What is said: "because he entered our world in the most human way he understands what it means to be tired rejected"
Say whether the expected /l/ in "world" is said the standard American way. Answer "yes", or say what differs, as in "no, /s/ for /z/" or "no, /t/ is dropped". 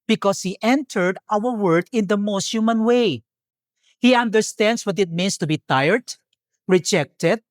no, /l/ is dropped